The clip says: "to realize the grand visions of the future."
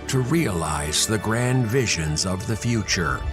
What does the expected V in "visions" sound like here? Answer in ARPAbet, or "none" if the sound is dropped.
V